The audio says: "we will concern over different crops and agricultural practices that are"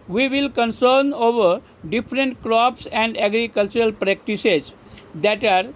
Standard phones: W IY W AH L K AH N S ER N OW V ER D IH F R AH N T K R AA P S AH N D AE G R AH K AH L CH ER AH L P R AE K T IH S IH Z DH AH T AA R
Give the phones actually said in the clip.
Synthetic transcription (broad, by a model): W IY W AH L K AH N S ER N OW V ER D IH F R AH N T K R AA P S AH N D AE G R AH K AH L CH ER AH L P R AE K T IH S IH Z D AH T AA R